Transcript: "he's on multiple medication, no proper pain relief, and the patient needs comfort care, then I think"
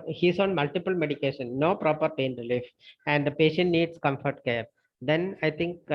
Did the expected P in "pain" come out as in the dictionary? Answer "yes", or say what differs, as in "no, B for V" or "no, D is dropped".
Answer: yes